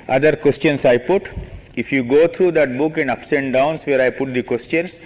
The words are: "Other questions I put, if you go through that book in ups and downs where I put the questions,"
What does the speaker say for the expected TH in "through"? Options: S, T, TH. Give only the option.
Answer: T